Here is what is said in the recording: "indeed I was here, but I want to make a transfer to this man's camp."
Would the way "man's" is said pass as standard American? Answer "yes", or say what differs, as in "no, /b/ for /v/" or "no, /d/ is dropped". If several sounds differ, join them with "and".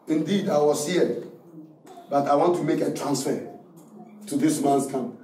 no, /s/ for /z/